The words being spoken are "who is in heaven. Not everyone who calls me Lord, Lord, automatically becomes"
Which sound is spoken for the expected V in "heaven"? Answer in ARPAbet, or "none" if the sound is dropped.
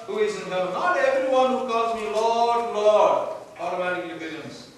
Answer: none